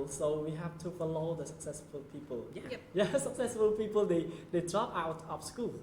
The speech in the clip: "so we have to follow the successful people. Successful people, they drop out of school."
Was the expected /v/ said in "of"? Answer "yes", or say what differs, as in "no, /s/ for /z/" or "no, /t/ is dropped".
no, /p/ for /v/